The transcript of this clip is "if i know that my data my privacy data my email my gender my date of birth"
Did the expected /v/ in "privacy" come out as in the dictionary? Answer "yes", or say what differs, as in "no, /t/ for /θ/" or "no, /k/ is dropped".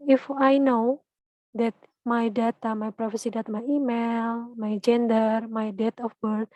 no, /f/ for /v/